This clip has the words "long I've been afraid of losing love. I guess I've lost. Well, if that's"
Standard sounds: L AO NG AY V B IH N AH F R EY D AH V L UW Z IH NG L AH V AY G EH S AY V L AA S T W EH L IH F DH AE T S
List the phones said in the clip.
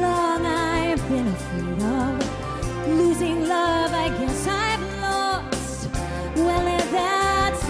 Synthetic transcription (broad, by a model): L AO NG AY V B IH N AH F EY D AH V L UW Z IH NG L AH V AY G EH S AY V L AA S W EH L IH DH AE T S